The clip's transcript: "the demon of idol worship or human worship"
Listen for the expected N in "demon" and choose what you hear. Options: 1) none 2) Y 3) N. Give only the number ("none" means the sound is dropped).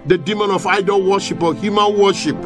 3